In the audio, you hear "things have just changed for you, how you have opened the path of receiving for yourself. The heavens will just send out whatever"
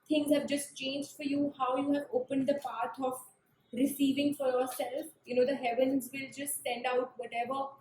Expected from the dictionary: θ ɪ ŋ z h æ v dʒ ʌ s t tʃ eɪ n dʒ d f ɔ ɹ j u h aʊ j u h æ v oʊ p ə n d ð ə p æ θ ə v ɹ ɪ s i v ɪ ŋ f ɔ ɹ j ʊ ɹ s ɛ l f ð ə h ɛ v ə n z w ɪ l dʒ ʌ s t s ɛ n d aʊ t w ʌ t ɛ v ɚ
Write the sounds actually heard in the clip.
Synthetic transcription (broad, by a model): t ɪ ŋ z h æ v dʒ ʌ s t tʃ eɪ n dʒ d f ɔ ɹ j u h aʊ j u h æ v oʊ p ə n d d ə p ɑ t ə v ɹ ɪ s i v ɪ ŋ f ɔ ɹ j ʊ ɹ s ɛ l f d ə h ɛ v ə n z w ɪ l dʒ ʌ s t s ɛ n d aʊ t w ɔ t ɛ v ɚ